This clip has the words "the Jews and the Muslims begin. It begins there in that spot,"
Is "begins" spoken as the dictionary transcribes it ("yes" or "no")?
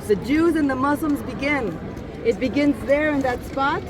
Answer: yes